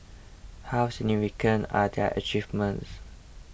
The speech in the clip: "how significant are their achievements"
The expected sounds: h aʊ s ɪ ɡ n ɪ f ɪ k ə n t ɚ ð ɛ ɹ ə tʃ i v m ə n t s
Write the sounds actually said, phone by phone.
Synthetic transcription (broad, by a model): h aʊ s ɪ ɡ n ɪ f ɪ k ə n ɑ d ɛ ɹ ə tʃ i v m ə n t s